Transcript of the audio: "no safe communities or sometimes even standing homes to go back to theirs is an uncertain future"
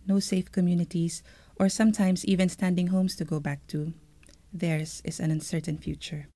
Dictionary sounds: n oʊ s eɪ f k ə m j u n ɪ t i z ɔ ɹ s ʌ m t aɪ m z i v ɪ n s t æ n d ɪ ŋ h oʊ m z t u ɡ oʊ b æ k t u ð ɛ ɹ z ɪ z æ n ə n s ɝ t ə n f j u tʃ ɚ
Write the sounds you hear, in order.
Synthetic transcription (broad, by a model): n oʊ s eɪ f k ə m j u n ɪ t i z ɔ ɹ s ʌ m t aɪ m s i v ɪ n s t æ n d ɪ ŋ h oʊ m s t u ɡ oʊ b æ k t u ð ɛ ɹ s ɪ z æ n ə n s ɝ t ə n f j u tʃ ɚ